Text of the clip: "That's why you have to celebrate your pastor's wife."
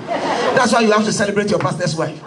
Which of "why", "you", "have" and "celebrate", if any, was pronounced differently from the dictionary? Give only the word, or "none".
have